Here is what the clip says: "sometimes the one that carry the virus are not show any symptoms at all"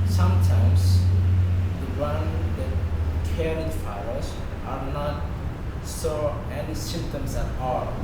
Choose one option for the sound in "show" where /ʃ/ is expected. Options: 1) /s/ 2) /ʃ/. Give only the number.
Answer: 1